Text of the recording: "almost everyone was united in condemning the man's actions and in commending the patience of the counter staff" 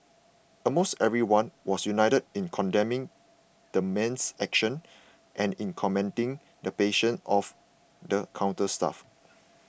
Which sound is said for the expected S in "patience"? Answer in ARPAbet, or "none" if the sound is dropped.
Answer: none